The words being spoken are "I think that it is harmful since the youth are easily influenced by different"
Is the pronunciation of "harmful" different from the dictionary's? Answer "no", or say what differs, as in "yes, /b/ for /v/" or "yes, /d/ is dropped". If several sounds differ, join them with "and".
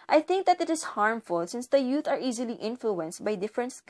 no